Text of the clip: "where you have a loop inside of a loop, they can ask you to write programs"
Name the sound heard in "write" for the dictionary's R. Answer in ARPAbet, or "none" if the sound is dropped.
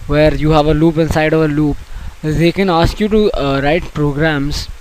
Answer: R